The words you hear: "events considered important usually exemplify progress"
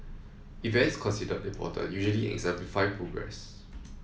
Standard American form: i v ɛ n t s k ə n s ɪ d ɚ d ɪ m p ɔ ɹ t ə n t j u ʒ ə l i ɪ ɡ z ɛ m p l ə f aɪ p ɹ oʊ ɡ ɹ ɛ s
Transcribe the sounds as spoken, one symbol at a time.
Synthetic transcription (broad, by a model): i v ɛ n t s k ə n s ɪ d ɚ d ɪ p ɔ t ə j u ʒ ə l i ɪ ɡ z ɛ m p l ə f aɪ p ɹ oʊ ɡ ɹ ɛ s